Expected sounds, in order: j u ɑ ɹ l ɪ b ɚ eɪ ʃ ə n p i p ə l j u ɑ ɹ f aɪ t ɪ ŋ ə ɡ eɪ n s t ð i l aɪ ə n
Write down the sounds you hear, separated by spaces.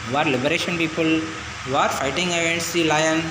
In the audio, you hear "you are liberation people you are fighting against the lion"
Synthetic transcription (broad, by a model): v ɑ ɹ l ɪ b ɚ eɪ ʃ ə n p i p ə l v ɑ ɹ f aɪ t ɪ ŋ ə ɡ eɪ n t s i l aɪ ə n